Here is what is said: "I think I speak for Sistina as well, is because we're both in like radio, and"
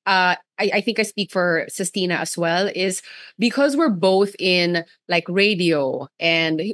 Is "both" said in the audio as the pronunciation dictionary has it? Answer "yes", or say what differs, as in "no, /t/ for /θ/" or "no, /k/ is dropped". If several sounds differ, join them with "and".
yes